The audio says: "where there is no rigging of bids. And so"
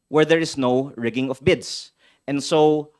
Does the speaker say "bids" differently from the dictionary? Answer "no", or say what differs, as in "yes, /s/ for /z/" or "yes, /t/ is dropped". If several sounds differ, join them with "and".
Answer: yes, /s/ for /z/